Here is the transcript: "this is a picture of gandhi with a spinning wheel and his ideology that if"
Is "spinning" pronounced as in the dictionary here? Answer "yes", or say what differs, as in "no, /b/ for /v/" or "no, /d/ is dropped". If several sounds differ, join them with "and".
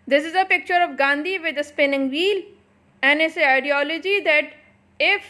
yes